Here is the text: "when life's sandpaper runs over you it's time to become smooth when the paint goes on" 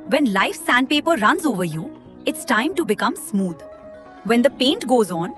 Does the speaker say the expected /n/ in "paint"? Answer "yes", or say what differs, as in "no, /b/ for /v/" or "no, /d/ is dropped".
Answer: yes